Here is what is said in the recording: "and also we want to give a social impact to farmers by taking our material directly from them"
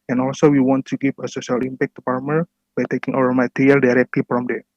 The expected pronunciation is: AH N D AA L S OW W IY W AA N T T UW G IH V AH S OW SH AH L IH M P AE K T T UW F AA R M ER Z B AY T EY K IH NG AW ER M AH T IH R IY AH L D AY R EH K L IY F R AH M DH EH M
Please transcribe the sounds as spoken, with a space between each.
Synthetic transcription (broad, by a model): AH N AA L S OW W IY W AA N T T UW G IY P AH S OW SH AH L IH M P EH K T T UW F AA R M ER B AY T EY K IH NG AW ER M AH T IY R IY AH L D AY R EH K L IY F R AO M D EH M